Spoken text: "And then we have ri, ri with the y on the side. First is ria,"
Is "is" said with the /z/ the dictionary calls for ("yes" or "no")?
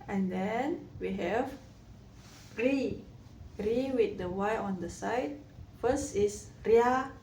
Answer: no